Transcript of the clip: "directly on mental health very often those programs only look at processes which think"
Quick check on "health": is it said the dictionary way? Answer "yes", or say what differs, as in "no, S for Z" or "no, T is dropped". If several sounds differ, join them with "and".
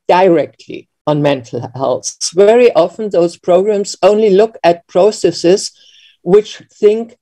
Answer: no, S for TH